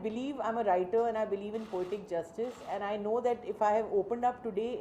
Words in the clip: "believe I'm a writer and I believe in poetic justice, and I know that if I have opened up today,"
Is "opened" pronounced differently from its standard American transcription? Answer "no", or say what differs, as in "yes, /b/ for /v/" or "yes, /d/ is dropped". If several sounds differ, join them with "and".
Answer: no